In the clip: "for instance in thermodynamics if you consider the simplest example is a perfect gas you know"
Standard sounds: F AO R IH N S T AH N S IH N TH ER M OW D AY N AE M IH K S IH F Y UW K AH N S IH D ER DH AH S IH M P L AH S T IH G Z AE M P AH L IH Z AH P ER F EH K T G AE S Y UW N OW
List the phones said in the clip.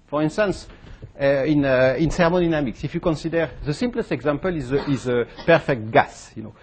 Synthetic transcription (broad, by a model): F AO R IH N S T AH N S IH N S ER M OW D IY N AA M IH K S IH F Y UW K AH N S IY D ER DH AH S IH M P L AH S T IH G Z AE M P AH L IH Z AH P ER F EH K T G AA S Y UW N OW